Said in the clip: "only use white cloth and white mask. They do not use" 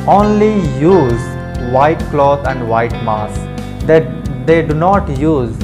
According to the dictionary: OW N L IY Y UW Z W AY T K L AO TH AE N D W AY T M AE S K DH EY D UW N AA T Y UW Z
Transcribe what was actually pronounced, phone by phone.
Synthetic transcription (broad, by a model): OW N L IY Y UW Z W AY T K L AO T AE N D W AY T M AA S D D EY D UW N AA T Y UW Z